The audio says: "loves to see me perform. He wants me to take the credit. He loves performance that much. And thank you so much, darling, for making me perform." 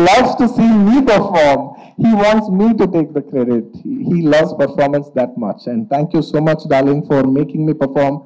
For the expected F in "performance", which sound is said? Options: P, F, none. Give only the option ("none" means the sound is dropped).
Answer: F